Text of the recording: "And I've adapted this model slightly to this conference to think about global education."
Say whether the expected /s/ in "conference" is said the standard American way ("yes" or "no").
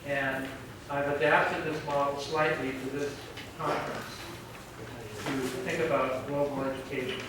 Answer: yes